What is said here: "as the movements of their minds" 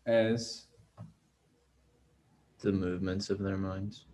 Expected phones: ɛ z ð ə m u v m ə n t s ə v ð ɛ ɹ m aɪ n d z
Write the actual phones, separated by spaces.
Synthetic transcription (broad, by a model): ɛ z ð ə m u v m ə n t s ə v ð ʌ ɹ m aɪ n d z